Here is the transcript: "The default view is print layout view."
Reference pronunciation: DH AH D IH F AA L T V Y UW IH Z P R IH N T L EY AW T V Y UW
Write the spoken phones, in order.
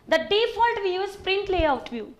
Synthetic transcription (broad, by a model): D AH D IH F AA L T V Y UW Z P R IH N T L EY AW T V Y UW